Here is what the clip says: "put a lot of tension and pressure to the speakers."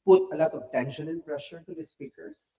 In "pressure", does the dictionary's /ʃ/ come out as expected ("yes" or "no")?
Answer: yes